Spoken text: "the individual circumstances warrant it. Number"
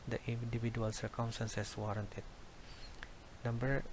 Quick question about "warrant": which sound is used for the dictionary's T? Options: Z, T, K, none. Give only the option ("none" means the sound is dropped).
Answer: T